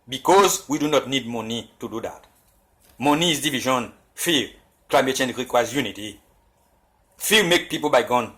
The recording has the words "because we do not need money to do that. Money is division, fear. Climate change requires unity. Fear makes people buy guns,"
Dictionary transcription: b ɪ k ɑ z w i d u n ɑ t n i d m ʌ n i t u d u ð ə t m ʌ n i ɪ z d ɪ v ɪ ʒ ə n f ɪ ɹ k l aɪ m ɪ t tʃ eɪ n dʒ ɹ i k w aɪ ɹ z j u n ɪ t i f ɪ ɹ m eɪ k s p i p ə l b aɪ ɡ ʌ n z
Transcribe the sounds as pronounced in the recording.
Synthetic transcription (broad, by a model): b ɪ k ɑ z w i d u n ɑ t n i d m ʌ n i t u d u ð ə t m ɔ n i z d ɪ v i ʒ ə n f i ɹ k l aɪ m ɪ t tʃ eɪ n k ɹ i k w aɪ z j u n ɪ t i f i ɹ m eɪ k p i p ə l b aɪ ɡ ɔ n